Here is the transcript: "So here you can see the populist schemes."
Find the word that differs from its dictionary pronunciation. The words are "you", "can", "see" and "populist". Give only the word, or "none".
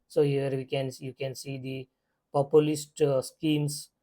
none